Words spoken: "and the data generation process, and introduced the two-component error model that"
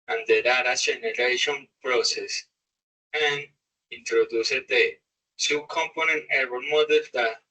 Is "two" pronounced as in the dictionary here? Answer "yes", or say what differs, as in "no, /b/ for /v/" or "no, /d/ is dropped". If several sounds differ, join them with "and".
no, /s/ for /t/